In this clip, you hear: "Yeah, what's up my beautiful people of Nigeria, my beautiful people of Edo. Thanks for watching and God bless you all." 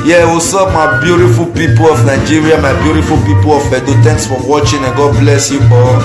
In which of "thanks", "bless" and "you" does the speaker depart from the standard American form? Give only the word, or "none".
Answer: thanks